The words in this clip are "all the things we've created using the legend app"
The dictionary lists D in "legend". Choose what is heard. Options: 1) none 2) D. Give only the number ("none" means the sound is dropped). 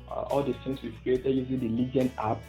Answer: 1